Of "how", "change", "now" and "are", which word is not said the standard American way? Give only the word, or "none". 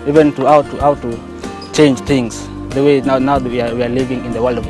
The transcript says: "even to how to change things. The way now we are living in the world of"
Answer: are